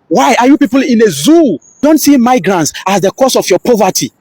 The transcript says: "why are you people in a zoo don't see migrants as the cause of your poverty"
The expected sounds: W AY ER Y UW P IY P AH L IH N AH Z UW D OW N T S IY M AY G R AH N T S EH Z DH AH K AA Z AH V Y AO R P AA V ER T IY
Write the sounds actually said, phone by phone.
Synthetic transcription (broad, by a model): W AY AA Y UW P IY P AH L IH N AH Z UW D OW N T S IY M AY G R AH N T S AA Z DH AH K AA S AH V Y AO P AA V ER T IY